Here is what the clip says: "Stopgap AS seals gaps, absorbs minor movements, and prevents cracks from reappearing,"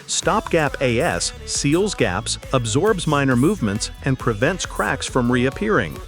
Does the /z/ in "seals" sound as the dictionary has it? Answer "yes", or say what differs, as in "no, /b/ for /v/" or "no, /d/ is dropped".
yes